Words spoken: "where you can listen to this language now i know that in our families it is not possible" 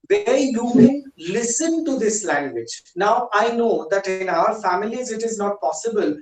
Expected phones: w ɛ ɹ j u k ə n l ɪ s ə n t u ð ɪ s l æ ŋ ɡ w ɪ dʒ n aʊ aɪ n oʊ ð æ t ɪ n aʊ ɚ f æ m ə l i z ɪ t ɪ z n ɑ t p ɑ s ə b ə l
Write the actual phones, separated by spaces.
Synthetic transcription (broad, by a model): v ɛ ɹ j u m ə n l ɪ s ə n t u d ɪ s l æ ŋ ɡ w ɪ dʒ n aʊ aɪ n oʊ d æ t ɪ n aʊ ɚ f æ m ə l i z ɪ t ɪ z n ɑ t p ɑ s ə b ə l